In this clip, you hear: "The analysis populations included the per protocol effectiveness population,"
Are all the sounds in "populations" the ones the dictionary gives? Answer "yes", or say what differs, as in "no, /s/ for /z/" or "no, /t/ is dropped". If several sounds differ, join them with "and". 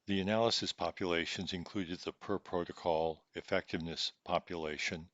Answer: yes